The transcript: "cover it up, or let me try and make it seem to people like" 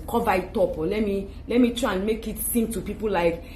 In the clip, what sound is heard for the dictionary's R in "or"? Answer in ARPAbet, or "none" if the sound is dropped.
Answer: L